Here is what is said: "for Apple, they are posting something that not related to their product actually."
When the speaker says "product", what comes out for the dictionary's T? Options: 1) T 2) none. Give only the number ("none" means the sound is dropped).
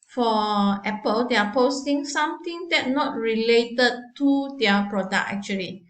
2